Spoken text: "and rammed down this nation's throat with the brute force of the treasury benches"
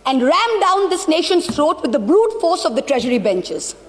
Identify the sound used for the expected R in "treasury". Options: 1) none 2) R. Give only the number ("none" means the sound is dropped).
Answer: 2